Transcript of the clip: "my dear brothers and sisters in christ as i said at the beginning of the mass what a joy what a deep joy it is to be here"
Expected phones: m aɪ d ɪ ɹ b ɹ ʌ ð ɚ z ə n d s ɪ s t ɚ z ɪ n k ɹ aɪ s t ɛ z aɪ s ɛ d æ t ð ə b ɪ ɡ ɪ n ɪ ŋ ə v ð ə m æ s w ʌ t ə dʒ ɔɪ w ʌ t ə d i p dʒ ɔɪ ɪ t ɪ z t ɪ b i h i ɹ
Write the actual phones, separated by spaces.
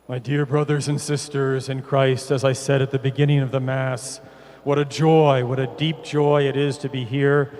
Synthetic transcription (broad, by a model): m aɪ d ɪ ɹ b ɹ ʌ ð ɚ z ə n s ɪ s t ɚ z ɪ n k ɹ aɪ s t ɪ z aɪ s ɛ d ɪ t ð ə b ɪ ɡ ɪ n ɪ ŋ ə v ð ə m æ s w ʌ t ə dʒ ɔɪ w ʌ t ə d i p dʒ ɔɪ ɪ t ɪ z t ɪ b i h i ɹ